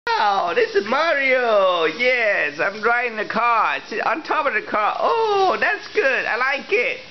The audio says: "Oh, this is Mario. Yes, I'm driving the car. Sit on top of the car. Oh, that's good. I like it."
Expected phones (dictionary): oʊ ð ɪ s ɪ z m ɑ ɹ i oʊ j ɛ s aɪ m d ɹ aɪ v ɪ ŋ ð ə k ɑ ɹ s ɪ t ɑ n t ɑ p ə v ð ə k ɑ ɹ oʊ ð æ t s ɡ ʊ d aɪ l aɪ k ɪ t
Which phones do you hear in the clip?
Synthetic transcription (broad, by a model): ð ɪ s ɪ z m ɑ ɹ i oʊ j ɛ s aɪ m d ɹ aɪ ɪ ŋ ð ə k ɑ ɹ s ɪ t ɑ n t ɑ p ə v ð ə k ɑ ɹ oʊ ð æ t s ɡ ʊ d aɪ l aɪ k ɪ t